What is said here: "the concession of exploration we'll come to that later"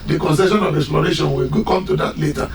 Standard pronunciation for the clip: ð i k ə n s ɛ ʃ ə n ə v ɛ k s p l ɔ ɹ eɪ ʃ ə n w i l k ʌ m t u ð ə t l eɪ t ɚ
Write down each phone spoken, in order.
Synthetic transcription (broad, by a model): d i k ə n s ɛ ʃ ə n ə v ɛ k s p l ɔ ɹ eɪ ʃ ə n w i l k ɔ m t u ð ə t l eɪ t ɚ